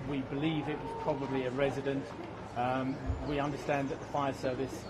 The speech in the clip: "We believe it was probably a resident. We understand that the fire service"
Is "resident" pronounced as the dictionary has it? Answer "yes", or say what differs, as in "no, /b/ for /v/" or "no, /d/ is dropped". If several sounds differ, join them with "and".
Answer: yes